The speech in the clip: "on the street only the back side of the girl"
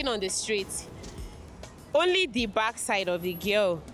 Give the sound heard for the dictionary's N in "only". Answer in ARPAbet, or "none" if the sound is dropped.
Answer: N